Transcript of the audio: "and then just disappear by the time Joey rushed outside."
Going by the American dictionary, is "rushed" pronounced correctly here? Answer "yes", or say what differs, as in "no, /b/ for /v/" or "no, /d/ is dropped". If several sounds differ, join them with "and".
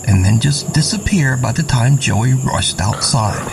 yes